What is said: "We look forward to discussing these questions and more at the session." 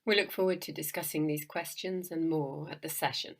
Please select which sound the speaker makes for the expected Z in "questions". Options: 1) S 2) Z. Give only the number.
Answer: 2